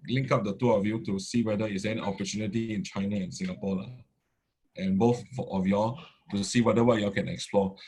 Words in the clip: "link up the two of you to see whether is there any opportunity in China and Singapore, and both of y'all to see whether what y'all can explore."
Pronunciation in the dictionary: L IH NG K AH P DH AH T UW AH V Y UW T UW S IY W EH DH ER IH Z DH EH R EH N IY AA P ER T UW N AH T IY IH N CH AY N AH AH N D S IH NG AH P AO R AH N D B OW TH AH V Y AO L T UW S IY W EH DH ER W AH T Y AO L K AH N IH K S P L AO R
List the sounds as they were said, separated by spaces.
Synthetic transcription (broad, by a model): L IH NG K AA P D AH T UW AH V Y UW T UW S IY W EH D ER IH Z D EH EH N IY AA P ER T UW N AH T IY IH N CH AY N AH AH N S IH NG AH P AO L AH N B OW TH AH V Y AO T UW S IY W EH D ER W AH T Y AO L K AH N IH K S P L AO